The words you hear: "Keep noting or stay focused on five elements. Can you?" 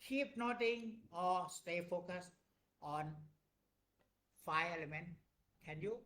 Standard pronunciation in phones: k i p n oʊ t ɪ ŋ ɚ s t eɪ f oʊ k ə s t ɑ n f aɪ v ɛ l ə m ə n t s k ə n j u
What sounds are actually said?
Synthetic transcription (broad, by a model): k i p n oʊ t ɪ ŋ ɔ s t eɪ f oʊ k ə s t ɑ n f aɪ ɛ l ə m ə n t k ə n j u